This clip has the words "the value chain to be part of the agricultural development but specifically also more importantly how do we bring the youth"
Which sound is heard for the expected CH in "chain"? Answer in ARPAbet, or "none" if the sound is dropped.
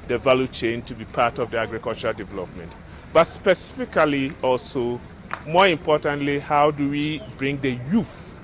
CH